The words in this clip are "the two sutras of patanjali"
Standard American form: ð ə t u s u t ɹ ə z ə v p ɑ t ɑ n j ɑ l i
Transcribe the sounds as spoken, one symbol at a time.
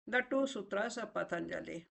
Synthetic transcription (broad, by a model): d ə t u s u t ɹ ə s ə p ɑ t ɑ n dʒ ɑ l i